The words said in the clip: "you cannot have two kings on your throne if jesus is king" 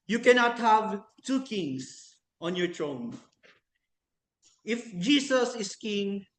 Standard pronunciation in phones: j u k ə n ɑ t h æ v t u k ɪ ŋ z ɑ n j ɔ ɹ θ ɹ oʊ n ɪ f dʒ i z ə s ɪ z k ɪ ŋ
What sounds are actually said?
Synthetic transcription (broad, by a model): j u k ə n ɑ t h æ v t u k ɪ ŋ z ɑ n j ɔ ɹ t ɹ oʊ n ɪ f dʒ i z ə s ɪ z k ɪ ŋ